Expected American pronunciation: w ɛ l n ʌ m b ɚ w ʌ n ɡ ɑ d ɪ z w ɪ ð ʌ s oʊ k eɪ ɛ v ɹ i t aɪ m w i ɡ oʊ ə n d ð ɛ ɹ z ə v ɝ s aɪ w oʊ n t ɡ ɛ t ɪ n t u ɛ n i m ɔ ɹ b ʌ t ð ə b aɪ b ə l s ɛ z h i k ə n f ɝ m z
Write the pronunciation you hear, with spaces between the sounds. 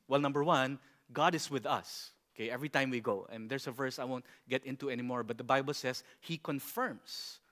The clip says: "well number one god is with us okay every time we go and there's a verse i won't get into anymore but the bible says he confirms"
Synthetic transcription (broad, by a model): w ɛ l n ʌ m b ɚ w ʌ n ɡ ɑ d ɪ s w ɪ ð ʌ s oʊ k eɪ ɛ v ɹ i t aɪ m w i ɡ oʊ ə n d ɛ ɹ s ə v ɝ s aɪ w oʊ n t ɡ ɛ t ɪ n t u ɛ n i m ɔ ɹ b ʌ t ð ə b aɪ b ə l s ɛ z h i k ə n f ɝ m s